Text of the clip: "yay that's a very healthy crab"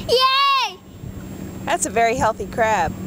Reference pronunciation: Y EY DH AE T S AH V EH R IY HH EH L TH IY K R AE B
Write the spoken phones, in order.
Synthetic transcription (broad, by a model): Y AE DH AE T S AH V EH R IY HH EH L TH IY K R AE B